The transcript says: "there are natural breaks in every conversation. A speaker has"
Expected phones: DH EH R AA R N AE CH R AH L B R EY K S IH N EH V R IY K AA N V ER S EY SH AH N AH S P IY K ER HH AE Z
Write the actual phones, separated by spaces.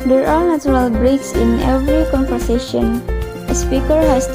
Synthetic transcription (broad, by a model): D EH R AA R N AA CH R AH L B R EY K S IH N EH V R IY K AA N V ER S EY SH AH N AH S P IY K ER HH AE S